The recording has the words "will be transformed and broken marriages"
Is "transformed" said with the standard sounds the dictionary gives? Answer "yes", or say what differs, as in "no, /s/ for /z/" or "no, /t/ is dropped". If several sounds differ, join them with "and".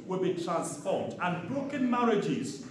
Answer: no, /p/ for /f/